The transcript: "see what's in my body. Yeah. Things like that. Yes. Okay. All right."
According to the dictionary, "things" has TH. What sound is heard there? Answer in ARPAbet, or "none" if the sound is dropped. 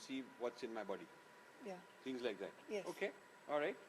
T